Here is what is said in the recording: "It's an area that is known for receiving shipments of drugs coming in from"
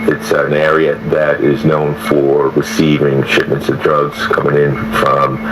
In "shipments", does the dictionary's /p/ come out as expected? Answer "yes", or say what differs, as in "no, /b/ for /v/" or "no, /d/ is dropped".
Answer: yes